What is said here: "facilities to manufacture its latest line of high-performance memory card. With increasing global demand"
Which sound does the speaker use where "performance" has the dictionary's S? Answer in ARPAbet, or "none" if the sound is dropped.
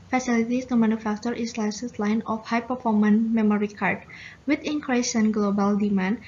none